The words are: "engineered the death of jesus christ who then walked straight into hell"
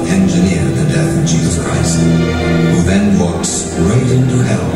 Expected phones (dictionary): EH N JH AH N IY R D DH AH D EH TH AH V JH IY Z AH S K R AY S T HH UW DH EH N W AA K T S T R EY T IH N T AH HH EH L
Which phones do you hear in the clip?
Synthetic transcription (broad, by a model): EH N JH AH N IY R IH DH AH D EH TH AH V JH IY Z AH S K R AY S T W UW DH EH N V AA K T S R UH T IH N T AH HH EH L